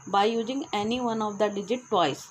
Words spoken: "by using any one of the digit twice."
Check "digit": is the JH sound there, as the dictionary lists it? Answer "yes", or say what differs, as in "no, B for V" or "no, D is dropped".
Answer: yes